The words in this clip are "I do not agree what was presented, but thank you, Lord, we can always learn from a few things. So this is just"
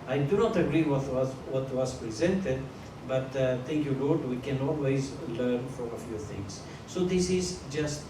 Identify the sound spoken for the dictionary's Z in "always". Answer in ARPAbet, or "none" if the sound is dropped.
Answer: Z